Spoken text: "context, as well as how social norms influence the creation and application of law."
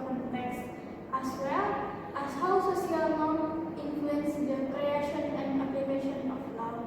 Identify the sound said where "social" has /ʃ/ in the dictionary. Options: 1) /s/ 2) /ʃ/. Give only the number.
1